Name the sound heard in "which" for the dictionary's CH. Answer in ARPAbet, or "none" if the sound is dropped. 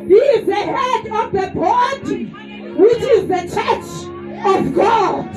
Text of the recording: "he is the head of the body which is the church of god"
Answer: CH